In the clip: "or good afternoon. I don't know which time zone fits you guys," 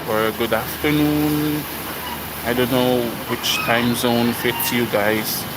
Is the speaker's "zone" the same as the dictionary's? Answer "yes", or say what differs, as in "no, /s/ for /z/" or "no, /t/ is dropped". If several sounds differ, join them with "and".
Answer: yes